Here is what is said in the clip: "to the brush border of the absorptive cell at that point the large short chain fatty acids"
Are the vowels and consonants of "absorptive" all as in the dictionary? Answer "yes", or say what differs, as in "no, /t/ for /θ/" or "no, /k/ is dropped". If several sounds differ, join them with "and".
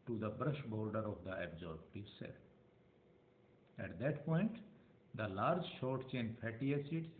no, /b/ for /p/